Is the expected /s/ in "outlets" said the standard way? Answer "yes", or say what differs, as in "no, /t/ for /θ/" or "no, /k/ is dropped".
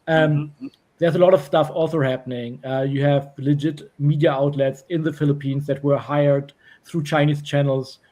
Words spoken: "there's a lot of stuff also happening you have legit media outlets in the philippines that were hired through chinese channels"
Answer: yes